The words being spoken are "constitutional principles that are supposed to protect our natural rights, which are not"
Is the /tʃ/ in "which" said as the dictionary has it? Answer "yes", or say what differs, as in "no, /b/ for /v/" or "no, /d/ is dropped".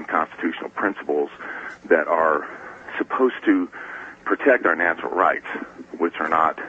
yes